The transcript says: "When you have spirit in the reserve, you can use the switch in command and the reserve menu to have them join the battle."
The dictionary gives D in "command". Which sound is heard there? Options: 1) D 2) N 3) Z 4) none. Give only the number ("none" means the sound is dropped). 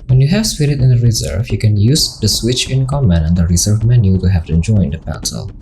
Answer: 4